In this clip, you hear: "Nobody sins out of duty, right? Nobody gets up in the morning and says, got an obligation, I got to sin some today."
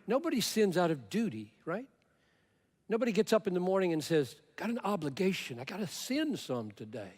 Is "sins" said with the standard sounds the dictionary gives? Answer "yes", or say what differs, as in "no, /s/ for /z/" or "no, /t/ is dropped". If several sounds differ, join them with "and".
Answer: yes